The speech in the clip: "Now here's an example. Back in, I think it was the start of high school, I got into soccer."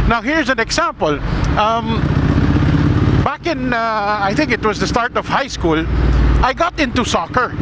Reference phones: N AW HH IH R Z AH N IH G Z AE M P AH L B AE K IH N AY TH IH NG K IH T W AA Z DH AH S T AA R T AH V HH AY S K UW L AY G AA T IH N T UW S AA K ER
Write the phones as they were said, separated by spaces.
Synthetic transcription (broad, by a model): N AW HH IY R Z AH N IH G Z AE M P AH L B AE K IH N AY T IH NG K IH T W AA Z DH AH S T AA R T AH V HH AY S K UW L AY G AA T IH N T UW S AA K ER